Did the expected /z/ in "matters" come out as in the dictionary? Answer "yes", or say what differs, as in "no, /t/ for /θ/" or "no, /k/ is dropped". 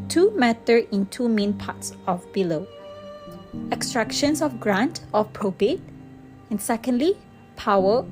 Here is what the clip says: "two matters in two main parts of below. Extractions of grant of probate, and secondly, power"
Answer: no, /z/ is dropped